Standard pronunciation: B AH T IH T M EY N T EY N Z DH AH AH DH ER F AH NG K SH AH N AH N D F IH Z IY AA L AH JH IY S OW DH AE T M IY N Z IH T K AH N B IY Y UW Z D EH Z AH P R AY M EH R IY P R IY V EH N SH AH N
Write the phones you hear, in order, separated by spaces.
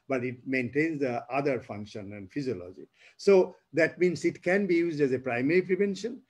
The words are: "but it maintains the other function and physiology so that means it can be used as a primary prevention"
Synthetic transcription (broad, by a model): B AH T IH T M EY N T EY N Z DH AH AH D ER F AH NG K SH AH N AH N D F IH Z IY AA L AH JH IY S OW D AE T M IY N S IH T K AH N B IY Y UW Z D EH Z AH P R AY M EH R IY P R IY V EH N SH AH N